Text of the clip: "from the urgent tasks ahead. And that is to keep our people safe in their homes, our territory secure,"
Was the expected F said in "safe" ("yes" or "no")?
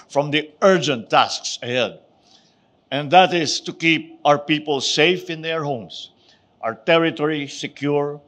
yes